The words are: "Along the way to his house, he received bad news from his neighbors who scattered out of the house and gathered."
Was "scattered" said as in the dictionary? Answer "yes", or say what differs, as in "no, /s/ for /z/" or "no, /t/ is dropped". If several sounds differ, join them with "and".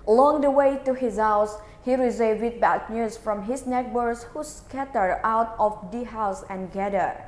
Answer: no, /d/ is dropped